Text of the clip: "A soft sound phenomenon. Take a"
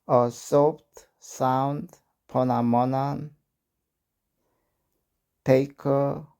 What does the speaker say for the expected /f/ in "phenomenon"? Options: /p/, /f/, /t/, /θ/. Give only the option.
/p/